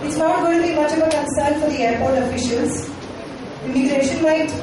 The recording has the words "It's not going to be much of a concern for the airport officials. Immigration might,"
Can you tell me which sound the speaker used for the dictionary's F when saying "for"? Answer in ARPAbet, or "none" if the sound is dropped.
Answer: F